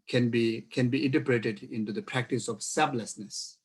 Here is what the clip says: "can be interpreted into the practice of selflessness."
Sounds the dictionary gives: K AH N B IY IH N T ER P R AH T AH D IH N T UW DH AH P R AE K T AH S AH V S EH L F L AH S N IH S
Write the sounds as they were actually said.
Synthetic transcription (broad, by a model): K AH N B IY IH N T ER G R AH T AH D IH N T UW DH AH P R AE K T AH S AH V S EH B L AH S N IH S